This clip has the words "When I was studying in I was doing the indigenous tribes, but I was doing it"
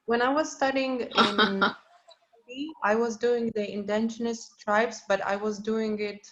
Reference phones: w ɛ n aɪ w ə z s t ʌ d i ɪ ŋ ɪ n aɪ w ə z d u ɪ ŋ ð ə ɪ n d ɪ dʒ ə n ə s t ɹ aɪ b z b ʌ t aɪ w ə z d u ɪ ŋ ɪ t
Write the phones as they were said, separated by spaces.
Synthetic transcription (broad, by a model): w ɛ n aɪ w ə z s t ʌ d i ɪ ŋ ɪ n aɪ w ə z d u ɪ ŋ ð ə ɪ n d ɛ ʃ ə n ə s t ɹ aɪ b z b ʌ t aɪ w ə z d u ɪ ŋ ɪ t